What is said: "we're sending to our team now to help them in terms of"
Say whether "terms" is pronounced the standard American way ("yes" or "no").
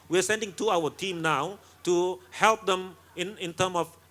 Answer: no